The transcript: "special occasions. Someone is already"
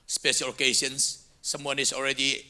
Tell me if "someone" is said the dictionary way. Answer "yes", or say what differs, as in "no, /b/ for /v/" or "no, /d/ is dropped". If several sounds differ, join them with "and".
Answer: yes